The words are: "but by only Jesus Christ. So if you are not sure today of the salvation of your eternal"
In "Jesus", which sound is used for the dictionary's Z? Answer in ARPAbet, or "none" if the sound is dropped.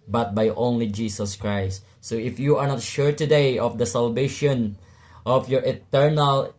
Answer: S